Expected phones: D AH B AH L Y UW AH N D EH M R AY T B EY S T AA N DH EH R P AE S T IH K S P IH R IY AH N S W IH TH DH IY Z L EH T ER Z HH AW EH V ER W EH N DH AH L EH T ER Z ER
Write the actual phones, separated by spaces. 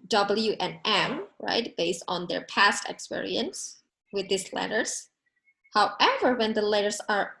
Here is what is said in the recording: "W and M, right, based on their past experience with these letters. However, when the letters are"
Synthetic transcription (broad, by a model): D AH B L Y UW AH N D EH M R AY T B EY S T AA N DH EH R P AE S T IH K S P IH R IY AH N S W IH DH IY S L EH T ER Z HH AW EH V ER W EH N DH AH L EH T ER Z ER